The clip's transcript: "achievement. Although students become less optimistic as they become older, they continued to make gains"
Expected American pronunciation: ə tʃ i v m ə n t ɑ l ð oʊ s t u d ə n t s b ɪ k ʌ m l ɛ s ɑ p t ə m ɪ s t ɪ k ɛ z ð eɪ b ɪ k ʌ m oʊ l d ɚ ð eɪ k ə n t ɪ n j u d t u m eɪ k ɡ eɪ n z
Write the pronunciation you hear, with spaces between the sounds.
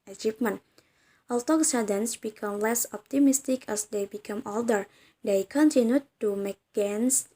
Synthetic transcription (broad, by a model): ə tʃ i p m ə n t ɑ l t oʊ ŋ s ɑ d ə n s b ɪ k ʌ m l ɛ s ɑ p t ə m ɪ s t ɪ k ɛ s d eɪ b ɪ k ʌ m oʊ l d ɚ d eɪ k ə n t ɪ n j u t u m eɪ k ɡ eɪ n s